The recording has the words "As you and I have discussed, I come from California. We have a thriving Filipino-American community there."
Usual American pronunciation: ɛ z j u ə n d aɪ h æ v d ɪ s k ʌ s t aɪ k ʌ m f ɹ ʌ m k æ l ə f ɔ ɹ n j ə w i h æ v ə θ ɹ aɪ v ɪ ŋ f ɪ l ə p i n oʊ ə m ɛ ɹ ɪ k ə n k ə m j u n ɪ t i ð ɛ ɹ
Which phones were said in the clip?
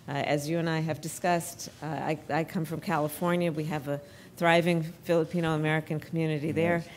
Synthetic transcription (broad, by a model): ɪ z j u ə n aɪ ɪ v d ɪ s k ʌ s t aɪ k ʌ m f ɹ ʌ m k æ l ə f ɔ ɹ n j ə w i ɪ v ə θ ɹ aɪ v ɪ ŋ f ɪ l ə p i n oʊ ə m ɛ ɹ ɪ k ə n k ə m j u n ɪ t i ð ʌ ɹ